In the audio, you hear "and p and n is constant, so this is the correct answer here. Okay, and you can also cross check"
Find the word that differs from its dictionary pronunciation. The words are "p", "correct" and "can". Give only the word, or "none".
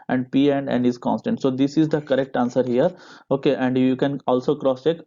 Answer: none